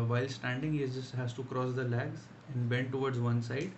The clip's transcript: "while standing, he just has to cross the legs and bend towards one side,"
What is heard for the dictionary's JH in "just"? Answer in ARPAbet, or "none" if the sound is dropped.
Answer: Z